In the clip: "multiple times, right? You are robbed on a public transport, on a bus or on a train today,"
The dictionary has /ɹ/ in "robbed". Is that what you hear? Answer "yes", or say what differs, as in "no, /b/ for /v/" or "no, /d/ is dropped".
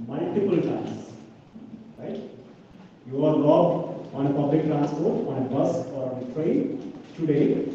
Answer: no, /l/ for /ɹ/